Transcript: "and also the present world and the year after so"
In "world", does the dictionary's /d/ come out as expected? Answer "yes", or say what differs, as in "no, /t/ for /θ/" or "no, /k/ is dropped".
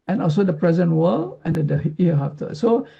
no, /d/ is dropped